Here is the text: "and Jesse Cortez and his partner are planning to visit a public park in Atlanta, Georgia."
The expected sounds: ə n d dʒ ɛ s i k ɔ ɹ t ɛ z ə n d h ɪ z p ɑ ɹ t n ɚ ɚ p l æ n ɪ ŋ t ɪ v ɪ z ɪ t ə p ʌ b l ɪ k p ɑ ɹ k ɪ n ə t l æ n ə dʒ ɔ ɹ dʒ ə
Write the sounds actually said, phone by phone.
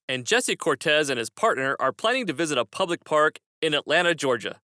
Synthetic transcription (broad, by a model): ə n dʒ ɛ s i k ɔ ɹ t ɛ z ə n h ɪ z p ɑ ɹ t n ɚ ɚ p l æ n ɪ ŋ t ɪ v ɪ z ɪ t ə p ʌ b l ɪ k p ɑ ɹ k ɪ n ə t l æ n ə dʒ ɔ ɹ dʒ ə